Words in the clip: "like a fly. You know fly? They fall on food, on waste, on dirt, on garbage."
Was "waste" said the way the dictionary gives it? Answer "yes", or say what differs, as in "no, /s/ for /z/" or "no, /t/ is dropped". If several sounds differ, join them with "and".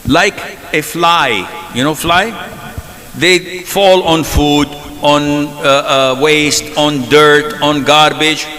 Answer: yes